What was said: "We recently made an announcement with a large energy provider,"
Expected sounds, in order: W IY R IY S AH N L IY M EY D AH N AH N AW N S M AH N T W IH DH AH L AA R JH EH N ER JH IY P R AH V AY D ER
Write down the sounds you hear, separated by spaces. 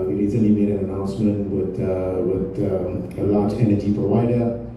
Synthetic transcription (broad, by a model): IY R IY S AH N IY M EY D AH N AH N AW N S M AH N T W IH DH AH L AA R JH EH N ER JH IY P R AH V AY D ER